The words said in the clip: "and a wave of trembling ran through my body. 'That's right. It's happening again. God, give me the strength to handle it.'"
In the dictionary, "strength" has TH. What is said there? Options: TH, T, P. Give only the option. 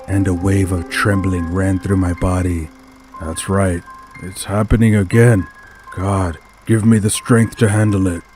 TH